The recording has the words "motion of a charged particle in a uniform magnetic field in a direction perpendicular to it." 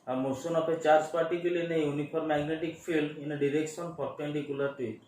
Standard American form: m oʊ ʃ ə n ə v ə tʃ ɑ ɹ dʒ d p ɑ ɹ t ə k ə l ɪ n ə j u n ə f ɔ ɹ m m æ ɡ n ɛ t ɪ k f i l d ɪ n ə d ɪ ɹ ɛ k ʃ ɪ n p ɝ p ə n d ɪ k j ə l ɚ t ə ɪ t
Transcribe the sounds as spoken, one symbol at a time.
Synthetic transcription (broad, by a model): m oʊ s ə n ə p ə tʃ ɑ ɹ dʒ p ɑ ɹ t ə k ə l ɪ n ə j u n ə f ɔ ɹ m m æ ɡ n ɛ t ɪ k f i l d ɪ n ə d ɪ ɹ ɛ k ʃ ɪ n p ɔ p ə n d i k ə l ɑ t ə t